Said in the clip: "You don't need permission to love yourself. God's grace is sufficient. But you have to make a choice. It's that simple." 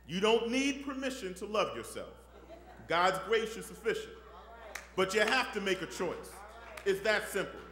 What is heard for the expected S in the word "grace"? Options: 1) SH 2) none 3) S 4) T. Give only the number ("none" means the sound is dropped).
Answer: 1